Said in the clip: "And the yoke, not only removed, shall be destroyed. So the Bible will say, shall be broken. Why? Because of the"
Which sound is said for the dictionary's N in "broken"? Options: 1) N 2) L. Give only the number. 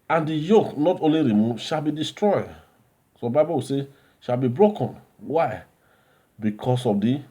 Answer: 1